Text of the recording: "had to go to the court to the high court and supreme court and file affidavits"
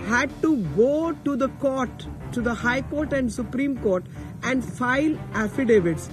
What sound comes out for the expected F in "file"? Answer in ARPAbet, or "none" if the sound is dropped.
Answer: F